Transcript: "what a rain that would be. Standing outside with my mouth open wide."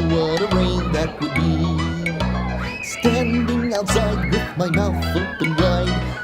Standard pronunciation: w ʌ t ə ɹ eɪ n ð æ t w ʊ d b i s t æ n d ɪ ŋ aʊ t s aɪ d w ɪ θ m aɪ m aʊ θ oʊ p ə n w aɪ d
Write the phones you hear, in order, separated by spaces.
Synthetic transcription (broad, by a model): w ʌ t ə w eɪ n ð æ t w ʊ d b i s t æ n d ɪ ŋ aʊ t s aɪ d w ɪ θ m aɪ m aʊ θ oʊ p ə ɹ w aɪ